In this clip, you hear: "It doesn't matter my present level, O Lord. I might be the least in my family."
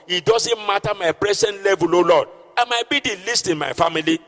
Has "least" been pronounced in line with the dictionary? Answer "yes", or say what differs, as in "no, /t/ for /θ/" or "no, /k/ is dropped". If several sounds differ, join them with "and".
yes